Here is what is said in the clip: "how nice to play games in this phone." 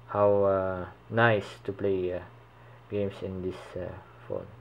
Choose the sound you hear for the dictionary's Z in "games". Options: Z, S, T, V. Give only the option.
S